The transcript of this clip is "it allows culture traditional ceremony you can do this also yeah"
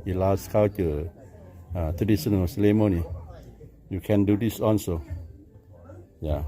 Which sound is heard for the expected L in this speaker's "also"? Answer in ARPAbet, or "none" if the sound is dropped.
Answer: N